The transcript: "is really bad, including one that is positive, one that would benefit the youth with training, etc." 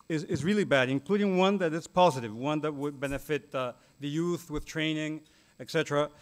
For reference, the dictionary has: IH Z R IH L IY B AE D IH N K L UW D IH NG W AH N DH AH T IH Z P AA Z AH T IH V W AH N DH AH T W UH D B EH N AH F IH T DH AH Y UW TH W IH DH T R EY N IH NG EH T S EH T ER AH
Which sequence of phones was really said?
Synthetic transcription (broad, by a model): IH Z R IH L IY B AE D IH N K L UW D IH NG W AH N DH AH T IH S P AA Z AH T IH V W AH N DH AH T W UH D B EH N AH F IH T DH AH Y UW TH W IH DH T R EY N IH NG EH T S EH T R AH